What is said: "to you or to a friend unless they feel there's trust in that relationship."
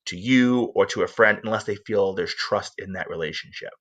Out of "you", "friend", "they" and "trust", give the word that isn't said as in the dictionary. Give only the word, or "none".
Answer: none